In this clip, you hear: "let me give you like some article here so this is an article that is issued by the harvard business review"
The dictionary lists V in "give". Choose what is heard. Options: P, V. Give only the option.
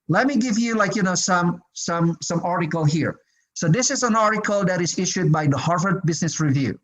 V